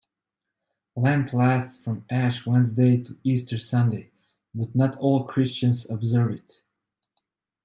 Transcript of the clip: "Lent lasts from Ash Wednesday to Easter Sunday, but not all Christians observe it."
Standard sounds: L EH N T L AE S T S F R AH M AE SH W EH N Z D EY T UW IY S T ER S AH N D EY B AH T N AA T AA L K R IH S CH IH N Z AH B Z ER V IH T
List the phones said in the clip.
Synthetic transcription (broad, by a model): L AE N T L AE S T S F R AH M AE SH W EH N Z D EY T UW IY S T ER S AH N D EY B AH T N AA T AA L K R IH S CH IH N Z AH B Z ER V IH T